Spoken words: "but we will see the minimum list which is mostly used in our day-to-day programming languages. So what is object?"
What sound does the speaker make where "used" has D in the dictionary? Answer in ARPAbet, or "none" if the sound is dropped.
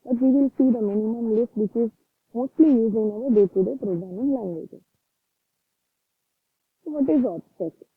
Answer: none